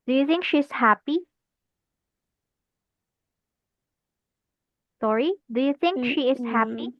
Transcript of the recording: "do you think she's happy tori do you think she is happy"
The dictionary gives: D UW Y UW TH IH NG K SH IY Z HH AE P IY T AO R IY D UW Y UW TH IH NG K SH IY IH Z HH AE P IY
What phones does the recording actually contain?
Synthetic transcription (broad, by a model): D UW Y UW TH IH NG K SH IY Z HH AE P IY S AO R IY D UW Y UW TH IH NG K SH IY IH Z HH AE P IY